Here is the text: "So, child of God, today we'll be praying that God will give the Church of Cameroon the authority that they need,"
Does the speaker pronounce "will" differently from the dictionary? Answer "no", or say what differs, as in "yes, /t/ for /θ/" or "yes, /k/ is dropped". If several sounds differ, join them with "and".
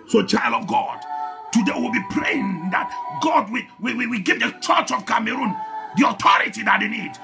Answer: yes, /w/ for /l/